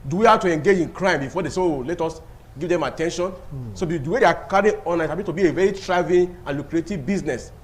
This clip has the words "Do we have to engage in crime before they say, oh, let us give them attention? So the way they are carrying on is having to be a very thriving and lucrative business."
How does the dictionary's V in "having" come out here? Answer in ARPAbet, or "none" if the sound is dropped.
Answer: B